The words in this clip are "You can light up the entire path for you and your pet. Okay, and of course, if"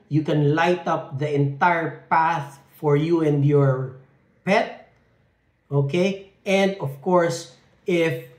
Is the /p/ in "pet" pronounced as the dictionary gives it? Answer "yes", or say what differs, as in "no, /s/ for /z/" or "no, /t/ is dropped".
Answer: yes